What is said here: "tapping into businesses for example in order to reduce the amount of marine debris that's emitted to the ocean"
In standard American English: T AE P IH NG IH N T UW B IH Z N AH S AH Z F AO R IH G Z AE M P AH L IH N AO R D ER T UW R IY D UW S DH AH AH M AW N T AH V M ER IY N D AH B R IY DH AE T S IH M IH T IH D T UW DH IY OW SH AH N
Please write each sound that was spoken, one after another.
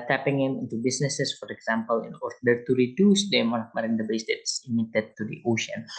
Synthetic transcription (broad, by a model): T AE P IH NG IH N T UW B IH S N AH S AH S F AO R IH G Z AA M P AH L IH N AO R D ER T UW R IY D UW S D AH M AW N AH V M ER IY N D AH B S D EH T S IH M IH T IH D T UW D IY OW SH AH N